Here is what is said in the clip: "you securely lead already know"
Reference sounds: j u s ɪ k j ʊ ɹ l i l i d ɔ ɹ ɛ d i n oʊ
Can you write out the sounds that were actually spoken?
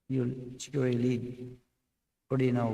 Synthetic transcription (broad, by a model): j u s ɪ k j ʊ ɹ i l i d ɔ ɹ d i n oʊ